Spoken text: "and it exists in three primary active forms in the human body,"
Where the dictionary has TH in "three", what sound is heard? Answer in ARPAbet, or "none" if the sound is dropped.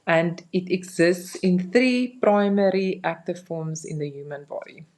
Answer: TH